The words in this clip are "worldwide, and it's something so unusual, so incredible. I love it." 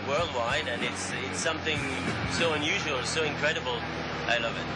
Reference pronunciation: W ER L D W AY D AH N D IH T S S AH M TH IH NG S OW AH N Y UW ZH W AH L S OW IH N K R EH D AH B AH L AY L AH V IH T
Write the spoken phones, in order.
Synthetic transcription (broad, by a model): W ER L D W AY D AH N IH T S S AH M TH IH NG S OW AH N Y UW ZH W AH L S OW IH N K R EH D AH B L AY L AH V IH T